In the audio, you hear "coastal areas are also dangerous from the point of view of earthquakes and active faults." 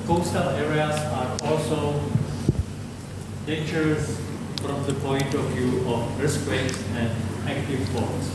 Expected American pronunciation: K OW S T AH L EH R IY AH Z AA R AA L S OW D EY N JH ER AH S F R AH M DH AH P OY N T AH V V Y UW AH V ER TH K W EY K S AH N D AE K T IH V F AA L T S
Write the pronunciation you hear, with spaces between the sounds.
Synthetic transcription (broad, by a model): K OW S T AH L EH R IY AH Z AA R AA L S OW D EY N JH ER AH S F R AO M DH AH P OY N T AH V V Y UW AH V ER S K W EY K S AH N D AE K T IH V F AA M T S